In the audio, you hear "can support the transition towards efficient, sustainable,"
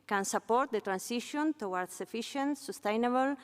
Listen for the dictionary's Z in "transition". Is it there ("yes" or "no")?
no